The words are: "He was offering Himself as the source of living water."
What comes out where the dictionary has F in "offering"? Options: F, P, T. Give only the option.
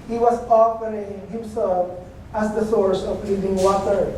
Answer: P